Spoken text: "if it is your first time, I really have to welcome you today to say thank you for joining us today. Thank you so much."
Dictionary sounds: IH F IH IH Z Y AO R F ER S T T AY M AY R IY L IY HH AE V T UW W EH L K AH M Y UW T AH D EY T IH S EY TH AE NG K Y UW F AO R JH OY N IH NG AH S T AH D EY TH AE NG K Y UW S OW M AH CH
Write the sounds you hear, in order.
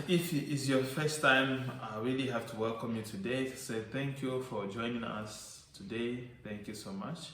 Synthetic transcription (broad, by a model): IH F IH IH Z Y AO R F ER S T T AY M AY R IY L IY HH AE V T UW W EH L K AH M Y UW T AH D EY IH S EY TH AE NG K Y UW F AO R JH OY N IH NG AH S T AH D EY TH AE NG K Y UW S OW M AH CH